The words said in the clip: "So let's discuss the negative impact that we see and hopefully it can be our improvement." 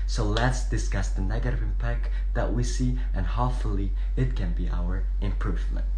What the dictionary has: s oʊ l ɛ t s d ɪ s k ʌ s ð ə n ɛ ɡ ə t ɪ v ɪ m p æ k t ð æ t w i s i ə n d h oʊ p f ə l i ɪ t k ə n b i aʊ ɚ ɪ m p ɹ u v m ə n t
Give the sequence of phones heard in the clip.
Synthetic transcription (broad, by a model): s oʊ l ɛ t s d ɪ s k ʌ s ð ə n ɛ ɡ ə t ɪ v ɪ m p æ k t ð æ t w i s i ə n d h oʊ f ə l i ɪ t k ə n b i aʊ ɚ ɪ m p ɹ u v m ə n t